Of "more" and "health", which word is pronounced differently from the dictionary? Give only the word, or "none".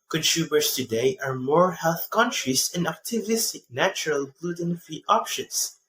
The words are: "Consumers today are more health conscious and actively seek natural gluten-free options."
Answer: none